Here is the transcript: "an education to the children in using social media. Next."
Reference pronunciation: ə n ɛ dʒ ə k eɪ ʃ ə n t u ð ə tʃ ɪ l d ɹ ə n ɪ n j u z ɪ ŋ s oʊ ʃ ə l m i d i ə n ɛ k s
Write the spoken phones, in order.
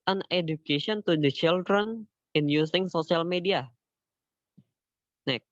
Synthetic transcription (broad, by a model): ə n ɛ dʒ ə k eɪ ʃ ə n t u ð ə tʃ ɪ l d ɹ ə n ɪ n j u s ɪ ŋ s oʊ s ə l m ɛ d i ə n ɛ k